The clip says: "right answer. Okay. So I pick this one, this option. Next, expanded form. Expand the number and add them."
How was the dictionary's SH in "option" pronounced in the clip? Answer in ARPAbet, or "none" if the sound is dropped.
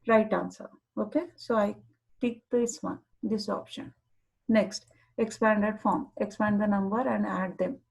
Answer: SH